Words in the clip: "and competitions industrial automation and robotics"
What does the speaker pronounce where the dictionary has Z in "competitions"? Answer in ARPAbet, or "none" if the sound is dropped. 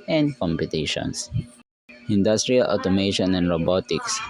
S